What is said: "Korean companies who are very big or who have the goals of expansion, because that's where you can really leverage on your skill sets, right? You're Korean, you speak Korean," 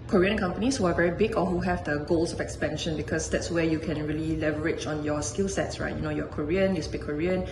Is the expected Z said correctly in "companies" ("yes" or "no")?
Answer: no